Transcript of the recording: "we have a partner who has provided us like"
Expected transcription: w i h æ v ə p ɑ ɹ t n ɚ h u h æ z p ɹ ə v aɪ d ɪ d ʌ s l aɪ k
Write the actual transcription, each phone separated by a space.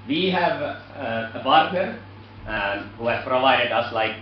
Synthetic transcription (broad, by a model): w i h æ v ə b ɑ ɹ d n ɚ h u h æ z p ɹ ə v aɪ d ɪ d ʌ s l aɪ k